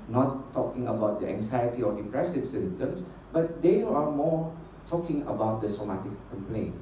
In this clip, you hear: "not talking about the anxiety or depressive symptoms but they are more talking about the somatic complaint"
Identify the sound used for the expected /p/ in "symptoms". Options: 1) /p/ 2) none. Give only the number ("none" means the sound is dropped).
2